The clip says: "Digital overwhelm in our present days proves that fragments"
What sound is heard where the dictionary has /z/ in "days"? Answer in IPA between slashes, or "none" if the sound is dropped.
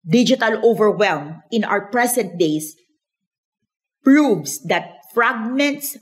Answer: /s/